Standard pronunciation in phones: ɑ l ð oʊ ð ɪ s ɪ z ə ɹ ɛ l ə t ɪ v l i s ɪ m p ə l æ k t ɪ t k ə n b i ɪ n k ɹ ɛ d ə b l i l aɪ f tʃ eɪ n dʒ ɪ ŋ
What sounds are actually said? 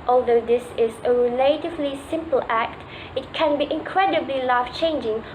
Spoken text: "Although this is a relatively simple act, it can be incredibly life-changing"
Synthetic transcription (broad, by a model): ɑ l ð oʊ ð ɪ s ɪ z ə ɹ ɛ l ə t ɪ v l i s ɪ m p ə l æ k t ɪ t k ə n b i ɪ n k ɹ ɛ d ə b l i l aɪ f tʃ eɪ n dʒ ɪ ŋ